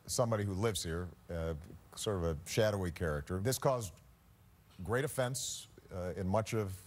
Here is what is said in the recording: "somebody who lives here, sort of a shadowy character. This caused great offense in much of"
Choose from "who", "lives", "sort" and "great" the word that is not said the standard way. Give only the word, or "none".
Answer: none